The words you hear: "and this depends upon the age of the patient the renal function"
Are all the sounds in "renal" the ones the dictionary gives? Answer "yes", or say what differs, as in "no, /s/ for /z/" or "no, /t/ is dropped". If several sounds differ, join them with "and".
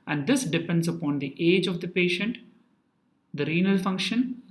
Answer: yes